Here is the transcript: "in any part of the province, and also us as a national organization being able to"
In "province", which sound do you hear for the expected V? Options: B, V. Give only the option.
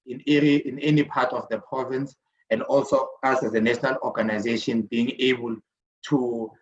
V